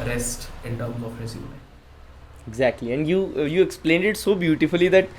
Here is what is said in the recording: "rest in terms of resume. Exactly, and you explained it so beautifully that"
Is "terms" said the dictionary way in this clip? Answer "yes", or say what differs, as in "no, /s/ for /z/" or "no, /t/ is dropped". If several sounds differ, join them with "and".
no, /z/ is dropped